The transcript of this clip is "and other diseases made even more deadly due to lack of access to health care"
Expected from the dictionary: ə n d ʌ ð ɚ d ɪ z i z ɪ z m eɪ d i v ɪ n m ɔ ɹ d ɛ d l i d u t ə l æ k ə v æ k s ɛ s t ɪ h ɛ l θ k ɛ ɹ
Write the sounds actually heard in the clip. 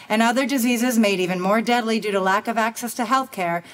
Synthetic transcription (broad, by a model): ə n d ʌ ð ɚ d ɪ z i z ɪ z m eɪ d i v ɪ n m ɔ ɹ d ɛ d l i d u t ə l æ k ə v æ k s ɛ s t ɪ h ɛ l θ k ɛ ɹ